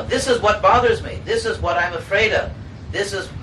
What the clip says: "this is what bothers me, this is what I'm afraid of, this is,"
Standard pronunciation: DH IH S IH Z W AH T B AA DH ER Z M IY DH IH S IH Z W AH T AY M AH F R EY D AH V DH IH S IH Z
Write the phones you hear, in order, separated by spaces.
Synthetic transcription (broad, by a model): DH IH S IH Z W AH T B AA DH ER Z M IY DH IH S IH Z W AH T AY M AH F R EY D AH V DH IH S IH Z